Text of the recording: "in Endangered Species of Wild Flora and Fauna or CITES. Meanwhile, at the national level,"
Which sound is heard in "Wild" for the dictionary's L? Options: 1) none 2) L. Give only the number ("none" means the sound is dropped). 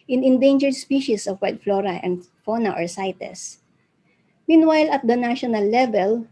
1